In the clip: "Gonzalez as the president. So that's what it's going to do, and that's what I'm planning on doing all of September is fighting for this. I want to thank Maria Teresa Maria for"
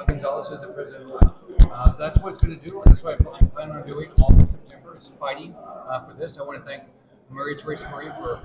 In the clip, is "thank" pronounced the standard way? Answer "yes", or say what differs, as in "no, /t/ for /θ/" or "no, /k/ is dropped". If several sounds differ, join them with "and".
yes